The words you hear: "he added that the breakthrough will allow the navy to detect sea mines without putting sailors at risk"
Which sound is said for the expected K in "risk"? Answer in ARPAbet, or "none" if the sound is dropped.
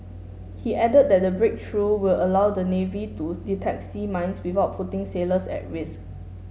none